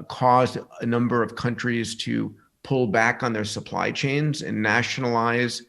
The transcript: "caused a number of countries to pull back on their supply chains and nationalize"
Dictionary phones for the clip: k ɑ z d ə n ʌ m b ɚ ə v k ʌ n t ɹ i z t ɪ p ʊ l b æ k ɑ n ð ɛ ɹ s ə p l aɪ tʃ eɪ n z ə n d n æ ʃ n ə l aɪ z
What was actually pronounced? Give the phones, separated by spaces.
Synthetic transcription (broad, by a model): k ɑ z d ə n ʌ m b ɚ ə v k ʌ n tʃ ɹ i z t ɪ p ʊ l b æ k n ð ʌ ɹ s ə p l aɪ tʃ eɪ n z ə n n æ ʃ n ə l aɪ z